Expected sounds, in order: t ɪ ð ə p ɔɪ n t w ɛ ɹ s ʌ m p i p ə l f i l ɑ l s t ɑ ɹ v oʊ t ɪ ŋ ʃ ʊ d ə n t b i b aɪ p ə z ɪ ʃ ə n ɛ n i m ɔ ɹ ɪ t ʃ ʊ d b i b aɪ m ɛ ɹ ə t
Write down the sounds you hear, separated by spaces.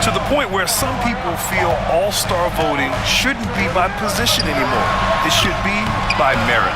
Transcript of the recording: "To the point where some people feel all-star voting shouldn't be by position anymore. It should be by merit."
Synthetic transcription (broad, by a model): t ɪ ð ə p ɔɪ n t w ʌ ɹ s ʌ m p i p l f i l ɑ l s t ɑ ɹ v oʊ t ɪ ŋ ʃ ʊ d n b i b aɪ p ə z ɪ ʃ ə n ɛ n i m ɔ ɹ ɪ t ʃ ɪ d b i b aɪ m ɛ ɹ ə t